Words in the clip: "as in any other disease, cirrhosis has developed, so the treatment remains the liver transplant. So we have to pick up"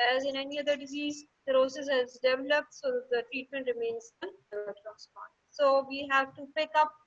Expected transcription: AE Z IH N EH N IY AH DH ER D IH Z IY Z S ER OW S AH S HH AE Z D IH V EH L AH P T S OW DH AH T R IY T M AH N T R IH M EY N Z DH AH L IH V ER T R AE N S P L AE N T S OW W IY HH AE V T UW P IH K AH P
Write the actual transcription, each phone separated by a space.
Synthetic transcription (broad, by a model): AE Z IH N EH N IY AH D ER D IH Z IY Z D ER OW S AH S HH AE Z D IH V EH L AH P T S OW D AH T R IY T M AH N T R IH M EY N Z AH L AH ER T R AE S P AO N S OW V IY HH AE V T UW P IH K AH P